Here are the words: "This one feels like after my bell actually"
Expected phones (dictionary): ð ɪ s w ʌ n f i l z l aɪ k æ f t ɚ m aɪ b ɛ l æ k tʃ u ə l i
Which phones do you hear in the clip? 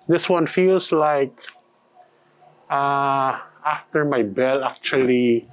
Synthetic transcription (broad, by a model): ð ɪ s w ʌ n f i l s l aɪ k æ f t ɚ m aɪ b ɛ l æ k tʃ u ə l i